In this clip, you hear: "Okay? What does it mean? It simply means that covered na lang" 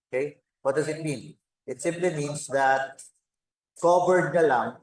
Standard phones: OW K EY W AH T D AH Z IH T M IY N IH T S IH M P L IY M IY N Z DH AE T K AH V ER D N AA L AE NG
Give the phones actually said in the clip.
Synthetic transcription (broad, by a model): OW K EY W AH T D AH Z IH T M IY N IH T S IH M P L IY M IY N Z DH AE T K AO P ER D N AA L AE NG